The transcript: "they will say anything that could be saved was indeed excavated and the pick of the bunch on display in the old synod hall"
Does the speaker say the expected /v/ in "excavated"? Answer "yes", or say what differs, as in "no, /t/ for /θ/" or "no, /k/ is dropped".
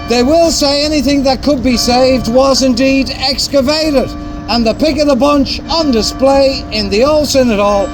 yes